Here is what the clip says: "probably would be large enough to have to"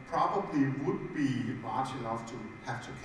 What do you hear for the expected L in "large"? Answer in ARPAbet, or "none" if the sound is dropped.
W